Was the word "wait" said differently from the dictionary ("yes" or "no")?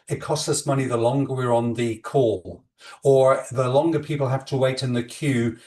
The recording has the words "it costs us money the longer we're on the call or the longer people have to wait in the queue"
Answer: no